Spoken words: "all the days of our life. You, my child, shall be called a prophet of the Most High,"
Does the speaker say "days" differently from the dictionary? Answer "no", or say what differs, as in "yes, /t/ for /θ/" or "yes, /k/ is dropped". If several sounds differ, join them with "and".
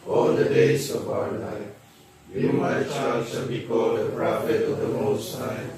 yes, /s/ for /z/